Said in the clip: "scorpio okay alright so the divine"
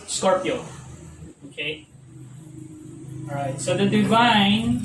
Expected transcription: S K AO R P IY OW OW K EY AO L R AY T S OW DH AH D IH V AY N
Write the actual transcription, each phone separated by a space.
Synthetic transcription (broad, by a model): S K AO R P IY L OW K EY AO R AY T S OW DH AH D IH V AY N